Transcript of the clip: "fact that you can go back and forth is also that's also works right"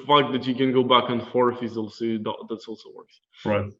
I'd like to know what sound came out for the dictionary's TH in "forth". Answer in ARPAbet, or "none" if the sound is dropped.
F